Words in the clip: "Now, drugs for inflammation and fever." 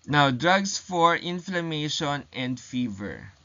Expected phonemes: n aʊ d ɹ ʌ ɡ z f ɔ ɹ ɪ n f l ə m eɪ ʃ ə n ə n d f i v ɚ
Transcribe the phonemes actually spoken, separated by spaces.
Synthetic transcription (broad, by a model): n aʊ d ɹ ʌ ɡ s f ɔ ɹ ɪ n f l ə m eɪ ʃ ə n ə n d f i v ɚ